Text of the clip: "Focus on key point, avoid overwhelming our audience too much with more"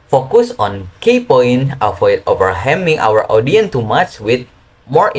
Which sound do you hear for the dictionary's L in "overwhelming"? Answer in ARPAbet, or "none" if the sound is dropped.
none